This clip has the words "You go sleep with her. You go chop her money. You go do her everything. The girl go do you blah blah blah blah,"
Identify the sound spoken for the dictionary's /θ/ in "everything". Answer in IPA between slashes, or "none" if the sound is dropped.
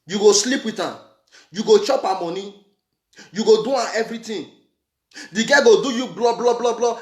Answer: /t/